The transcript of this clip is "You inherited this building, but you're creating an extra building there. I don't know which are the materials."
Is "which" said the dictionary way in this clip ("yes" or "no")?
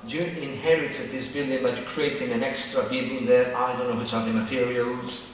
no